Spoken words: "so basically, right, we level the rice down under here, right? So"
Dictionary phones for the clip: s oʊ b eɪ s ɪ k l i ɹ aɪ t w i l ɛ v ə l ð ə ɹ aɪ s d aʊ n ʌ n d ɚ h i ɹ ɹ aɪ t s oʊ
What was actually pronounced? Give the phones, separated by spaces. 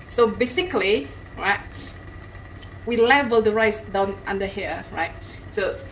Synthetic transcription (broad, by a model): s oʊ b eɪ s ɪ k l i ɹ aɪ t w i l ɛ v ə l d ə ɹ aɪ s d aʊ n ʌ n d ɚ h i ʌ ɹ aɪ t s oʊ